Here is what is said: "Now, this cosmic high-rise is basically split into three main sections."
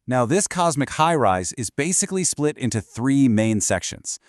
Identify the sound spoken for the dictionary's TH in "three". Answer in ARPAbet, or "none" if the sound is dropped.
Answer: TH